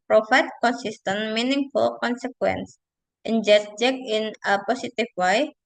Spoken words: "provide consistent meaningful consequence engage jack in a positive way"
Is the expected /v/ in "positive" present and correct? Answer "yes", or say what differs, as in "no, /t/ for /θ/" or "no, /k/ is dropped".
no, /f/ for /v/